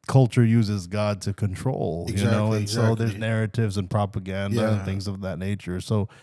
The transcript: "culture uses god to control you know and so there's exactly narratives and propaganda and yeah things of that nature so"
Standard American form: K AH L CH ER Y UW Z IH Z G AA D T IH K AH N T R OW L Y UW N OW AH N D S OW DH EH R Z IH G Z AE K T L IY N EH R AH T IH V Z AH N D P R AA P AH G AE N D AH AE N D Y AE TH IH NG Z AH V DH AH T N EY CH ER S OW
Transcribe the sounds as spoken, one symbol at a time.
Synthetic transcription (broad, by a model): K AH L CH ER Y UW Z IH Z G AA D T IH K AH N T R OW L Y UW N OW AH N S OW DH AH R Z Z N EH R AH T IH V Z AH N P R AA P AH G AE N D AH N TH IH NG Z AH V DH AH T N EY CH ER S OW